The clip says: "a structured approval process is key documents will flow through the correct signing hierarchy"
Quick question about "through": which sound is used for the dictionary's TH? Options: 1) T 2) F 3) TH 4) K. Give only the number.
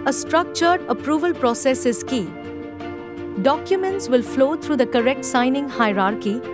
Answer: 1